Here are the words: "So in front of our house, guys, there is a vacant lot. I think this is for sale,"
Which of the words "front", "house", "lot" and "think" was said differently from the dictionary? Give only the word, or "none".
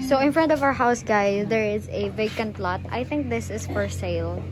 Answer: none